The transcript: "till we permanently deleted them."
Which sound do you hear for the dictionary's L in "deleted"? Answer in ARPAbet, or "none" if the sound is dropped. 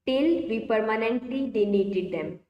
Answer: N